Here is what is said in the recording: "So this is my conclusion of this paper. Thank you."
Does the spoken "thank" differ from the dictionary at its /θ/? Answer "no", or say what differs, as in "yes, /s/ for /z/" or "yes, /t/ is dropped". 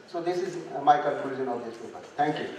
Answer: yes, /t/ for /θ/